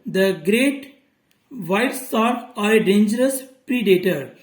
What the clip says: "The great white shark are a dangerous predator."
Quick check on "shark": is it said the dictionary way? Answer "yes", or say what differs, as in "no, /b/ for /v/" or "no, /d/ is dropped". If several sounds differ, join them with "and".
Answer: no, /s/ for /ʃ/